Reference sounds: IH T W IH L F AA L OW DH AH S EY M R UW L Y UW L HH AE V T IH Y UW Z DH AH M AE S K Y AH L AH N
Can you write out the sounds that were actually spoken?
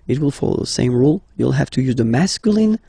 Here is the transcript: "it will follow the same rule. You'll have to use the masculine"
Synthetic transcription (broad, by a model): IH T W IH L F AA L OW DH AH S EY M R UW L Y UW L HH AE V T IH Y UW Z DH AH M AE S K Y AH L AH N